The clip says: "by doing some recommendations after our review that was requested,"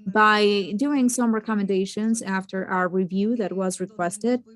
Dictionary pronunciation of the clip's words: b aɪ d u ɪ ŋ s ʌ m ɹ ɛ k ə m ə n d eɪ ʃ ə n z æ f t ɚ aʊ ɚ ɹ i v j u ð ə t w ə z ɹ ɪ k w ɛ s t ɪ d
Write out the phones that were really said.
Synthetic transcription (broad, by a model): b aɪ d u ɪ ŋ s ʌ m ɹ ɛ k ə m ə n d eɪ ʃ ə n z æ f t ɚ aʊ ɚ ɹ i v j u ð ə t w ə z ɹ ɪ k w ɛ s t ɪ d